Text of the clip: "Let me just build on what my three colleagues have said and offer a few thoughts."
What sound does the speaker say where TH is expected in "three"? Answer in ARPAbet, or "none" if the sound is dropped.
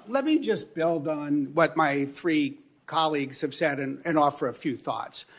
TH